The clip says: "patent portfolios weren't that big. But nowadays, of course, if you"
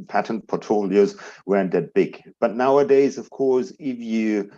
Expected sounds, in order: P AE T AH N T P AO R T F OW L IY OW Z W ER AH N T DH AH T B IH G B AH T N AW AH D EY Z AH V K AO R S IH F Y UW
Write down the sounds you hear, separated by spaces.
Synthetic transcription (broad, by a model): P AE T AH N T P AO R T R OW L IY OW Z W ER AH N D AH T B IH G B AH T N AW AH D EY Z AH V K AO R S IH F Y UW